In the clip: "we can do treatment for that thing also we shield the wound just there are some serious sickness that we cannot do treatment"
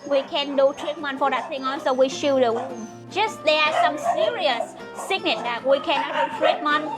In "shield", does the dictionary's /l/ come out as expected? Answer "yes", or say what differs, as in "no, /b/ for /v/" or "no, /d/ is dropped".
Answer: no, /l/ is dropped